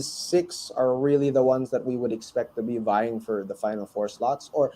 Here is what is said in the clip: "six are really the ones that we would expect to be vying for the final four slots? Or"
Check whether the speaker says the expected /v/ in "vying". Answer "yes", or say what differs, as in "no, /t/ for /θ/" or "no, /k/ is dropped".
yes